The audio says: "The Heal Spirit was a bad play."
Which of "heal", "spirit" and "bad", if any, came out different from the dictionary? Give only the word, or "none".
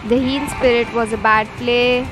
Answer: heal